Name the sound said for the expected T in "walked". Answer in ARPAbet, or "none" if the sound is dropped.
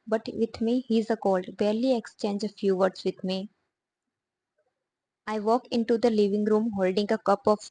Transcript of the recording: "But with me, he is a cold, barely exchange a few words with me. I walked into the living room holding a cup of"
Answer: none